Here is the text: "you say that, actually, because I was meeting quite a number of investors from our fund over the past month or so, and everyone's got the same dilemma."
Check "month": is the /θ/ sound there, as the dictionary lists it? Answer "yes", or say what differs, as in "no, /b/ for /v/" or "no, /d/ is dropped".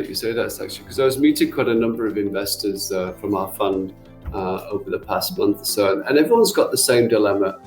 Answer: yes